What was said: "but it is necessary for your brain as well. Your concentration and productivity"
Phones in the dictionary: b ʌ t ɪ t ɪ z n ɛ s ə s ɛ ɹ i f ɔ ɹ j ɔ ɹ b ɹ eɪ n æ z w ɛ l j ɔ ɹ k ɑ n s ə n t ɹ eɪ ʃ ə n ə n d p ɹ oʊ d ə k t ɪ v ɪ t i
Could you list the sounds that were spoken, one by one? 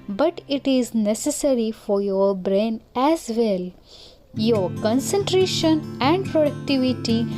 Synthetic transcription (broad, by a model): b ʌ t ɪ t ɪ z n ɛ s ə s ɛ ɹ i f ɔ ɹ j ɔ ɹ b ɹ eɪ n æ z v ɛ l j ɔ ɹ k ɑ n s ə n t ɹ eɪ ʃ ə n ə n d p ɹ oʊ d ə k t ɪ v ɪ t i